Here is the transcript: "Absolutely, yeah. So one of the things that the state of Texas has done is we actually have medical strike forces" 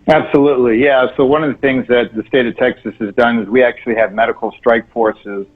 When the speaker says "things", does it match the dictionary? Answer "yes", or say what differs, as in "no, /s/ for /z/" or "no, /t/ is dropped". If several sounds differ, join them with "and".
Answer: yes